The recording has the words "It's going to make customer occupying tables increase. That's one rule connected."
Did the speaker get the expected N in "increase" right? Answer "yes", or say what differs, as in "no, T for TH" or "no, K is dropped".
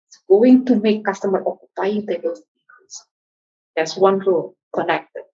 no, N is dropped